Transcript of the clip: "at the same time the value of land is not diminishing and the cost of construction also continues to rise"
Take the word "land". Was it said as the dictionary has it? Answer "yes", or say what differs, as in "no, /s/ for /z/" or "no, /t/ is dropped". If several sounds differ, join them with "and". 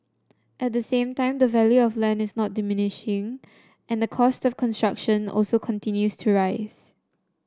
no, /d/ is dropped